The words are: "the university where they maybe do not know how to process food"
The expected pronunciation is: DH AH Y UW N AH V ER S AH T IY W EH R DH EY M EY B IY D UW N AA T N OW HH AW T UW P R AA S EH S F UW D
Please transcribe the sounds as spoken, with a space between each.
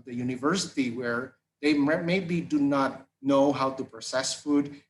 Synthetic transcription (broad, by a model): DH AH Y UW N AH V ER S AH T IY W EH R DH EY M EY B IY D UW N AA T N OW HH AW T UW P R AA S EH S F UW D